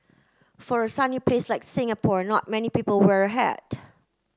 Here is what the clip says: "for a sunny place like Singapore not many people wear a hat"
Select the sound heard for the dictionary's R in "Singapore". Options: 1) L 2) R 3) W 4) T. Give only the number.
2